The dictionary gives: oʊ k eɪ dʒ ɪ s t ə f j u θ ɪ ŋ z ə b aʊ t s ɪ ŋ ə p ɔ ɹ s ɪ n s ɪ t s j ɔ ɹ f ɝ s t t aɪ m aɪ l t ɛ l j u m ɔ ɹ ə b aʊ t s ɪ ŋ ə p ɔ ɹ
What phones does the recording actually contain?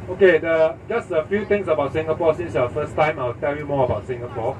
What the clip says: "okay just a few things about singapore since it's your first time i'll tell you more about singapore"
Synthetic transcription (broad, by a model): oʊ k eɪ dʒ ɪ s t ə f j u t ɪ ŋ s ə b aʊ t s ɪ ŋ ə p ɔ s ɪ n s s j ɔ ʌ f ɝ s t t aɪ m aɪ l t ɛ l j u m ɔ ə b aʊ t s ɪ ŋ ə p ɔ